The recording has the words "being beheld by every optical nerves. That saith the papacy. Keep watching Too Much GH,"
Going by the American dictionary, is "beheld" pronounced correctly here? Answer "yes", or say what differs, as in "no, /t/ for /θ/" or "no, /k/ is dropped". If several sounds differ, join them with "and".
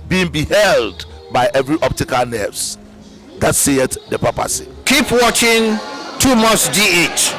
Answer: yes